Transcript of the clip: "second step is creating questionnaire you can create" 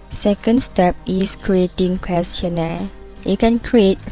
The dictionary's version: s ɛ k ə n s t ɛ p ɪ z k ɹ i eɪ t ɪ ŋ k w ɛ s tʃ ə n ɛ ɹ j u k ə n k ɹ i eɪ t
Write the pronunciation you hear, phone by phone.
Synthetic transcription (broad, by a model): s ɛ k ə n s t ɛ p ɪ s k ɹ i eɪ t ɪ ŋ k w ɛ s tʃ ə n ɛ j u k ə n k ɹ i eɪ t